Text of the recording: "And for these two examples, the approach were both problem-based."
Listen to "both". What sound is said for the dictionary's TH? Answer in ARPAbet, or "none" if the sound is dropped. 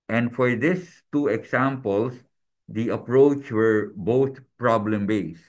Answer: T